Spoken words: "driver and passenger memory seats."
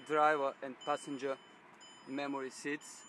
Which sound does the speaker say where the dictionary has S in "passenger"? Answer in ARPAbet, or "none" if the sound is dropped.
S